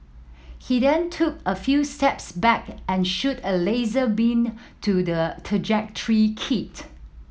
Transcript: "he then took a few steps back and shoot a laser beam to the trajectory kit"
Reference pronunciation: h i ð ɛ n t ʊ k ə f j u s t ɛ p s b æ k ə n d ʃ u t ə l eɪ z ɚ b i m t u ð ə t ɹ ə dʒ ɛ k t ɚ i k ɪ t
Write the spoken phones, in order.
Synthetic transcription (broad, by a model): h i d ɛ n t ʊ k ə f j u s t ɛ p s b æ k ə n ʃ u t ə l eɪ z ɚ b i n t u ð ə t ɹ ə dʒ ɛ k t ɚ i k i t